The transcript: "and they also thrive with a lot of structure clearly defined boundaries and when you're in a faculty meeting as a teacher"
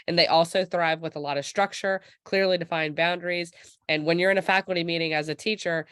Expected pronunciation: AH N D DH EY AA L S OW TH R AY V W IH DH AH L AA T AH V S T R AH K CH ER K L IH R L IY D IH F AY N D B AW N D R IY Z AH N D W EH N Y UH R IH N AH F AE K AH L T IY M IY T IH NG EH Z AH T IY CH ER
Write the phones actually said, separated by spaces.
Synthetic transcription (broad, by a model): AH N DH EY AA L S OW TH R AY V W IH DH AH L AA T AH V S T R AH K CH ER K L IH R L IY D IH F AY N B AW N D R IY Z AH N W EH N Y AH R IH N AH F AE K L T IY M IY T IH NG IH Z AH T IY CH ER